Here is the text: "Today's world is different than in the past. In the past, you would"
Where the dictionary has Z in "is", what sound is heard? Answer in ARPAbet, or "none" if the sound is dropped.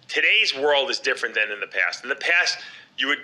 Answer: Z